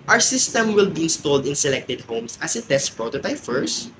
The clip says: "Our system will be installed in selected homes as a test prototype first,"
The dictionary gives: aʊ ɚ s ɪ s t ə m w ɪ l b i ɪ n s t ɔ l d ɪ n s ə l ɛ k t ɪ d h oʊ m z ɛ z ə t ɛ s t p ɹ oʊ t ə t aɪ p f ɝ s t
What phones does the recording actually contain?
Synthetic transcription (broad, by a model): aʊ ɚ s ɪ s t ə m w ɪ l b i ɪ n s t ɔ l d ɪ n s ə l ɛ k t ɪ d h oʊ m s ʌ s ə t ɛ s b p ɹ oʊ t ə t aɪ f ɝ s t